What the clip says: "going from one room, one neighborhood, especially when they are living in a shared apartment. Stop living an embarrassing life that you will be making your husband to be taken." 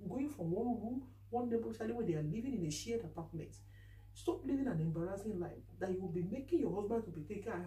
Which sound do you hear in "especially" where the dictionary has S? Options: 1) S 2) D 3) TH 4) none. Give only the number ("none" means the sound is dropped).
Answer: 4